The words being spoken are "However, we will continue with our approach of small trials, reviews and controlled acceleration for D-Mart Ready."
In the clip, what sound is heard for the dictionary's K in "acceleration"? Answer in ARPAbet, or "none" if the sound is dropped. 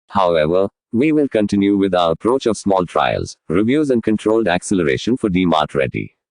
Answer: K